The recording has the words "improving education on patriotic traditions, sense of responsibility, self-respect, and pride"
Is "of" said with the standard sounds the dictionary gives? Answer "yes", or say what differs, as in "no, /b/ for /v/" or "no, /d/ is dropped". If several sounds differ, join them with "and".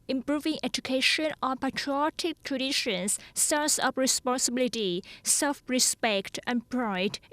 no, /p/ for /v/